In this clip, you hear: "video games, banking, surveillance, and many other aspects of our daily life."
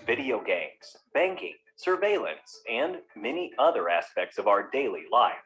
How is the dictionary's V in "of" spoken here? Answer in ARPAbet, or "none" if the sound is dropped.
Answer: V